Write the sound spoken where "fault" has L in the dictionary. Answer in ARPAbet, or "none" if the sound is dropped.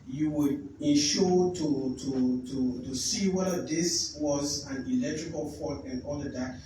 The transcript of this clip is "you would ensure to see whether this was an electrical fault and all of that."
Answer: none